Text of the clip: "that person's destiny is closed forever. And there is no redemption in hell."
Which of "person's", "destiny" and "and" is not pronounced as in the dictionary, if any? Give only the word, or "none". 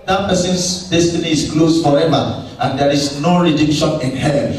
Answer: person's